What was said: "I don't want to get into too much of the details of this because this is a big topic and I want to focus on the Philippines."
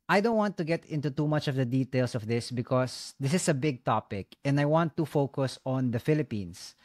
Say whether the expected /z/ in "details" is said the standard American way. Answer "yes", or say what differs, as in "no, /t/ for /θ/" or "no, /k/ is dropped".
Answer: no, /s/ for /z/